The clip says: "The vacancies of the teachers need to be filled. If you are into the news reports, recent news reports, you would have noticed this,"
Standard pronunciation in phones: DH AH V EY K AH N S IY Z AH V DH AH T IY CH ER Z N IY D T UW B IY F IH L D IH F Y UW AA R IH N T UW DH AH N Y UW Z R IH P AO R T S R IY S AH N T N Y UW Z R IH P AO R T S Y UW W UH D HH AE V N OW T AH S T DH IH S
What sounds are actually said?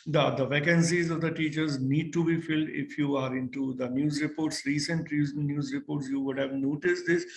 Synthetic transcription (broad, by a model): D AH V EY K AH N S IY Z AH V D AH T IY CH ER Z N IY D T UW B IY F IH L D IH F Y UW AA R IH N T UW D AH N Y UW Z R IH P AO R T S R IY S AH N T N Y UW Z R IH P AO R T S Y UW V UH D HH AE V N OW T AH S T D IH S